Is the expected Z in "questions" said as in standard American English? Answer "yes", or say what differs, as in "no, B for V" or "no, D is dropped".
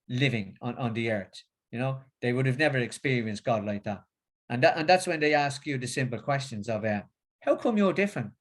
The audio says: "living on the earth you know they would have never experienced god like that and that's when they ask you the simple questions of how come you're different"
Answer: yes